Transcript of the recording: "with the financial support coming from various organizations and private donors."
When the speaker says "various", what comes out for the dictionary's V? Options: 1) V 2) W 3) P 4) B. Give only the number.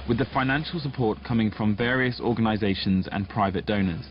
1